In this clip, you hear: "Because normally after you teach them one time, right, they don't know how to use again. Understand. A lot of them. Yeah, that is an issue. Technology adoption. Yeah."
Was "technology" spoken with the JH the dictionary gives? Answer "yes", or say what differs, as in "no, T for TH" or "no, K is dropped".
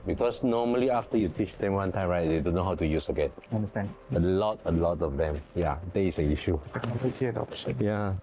no, JH is dropped